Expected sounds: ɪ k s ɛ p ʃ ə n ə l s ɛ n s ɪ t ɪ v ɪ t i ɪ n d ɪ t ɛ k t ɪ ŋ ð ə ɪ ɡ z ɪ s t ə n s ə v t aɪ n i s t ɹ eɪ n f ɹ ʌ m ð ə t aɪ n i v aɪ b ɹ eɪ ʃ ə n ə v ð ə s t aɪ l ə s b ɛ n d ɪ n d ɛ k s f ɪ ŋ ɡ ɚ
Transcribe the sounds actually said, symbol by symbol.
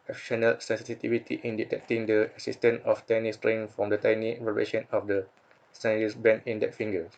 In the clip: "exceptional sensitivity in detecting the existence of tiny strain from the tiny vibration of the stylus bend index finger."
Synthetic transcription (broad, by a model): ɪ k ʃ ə n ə l s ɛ n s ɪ t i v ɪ t i ɪ n d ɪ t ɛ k t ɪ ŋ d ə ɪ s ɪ s t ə n ə f t aɪ n i s t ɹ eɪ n f ɹ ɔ m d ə t aɪ n i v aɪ ɹ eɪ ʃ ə n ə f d ə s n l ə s b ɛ n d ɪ n d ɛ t f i ŋ ɡ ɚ